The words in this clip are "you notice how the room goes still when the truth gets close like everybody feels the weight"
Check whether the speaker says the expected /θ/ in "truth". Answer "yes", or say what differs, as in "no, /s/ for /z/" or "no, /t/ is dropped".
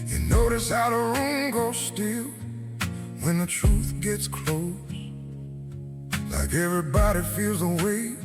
yes